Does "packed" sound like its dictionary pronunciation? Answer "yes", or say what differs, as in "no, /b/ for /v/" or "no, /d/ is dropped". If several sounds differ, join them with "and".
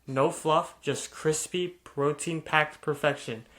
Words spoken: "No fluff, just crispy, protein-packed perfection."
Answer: yes